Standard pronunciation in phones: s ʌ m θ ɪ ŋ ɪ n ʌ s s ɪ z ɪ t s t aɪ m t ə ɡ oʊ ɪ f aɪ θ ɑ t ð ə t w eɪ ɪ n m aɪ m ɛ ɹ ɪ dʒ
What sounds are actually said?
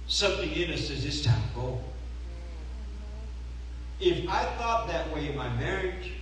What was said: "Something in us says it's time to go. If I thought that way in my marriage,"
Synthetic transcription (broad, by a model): s ʌ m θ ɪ ŋ ɪ n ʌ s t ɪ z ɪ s t aɪ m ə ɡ oʊ ɪ f aɪ θ ɑ t ð ə t w eɪ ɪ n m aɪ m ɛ ɹ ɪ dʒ